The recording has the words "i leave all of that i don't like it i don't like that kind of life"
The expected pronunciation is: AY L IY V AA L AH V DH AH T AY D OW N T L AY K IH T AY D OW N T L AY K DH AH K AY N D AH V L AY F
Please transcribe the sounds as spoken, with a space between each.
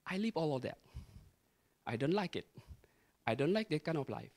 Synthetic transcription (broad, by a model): AY L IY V AA L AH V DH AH T AY D OW N T L AY K IH T AY D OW N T L AY K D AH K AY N AH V L AY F